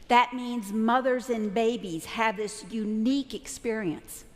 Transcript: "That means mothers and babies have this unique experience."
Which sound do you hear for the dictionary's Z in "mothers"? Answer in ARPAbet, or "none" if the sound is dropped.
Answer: Z